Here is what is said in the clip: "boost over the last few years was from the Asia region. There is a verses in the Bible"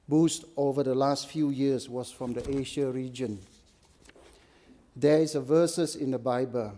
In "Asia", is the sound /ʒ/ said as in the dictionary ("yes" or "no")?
no